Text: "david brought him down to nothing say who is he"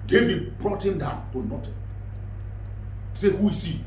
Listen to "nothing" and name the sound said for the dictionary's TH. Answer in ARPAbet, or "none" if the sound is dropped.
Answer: T